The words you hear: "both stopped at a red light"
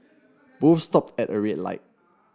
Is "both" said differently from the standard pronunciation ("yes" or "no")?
yes